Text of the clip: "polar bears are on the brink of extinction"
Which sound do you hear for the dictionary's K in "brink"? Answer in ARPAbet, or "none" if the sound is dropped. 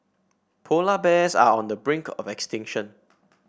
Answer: K